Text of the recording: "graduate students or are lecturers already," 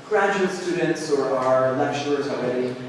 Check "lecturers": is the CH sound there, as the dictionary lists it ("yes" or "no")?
no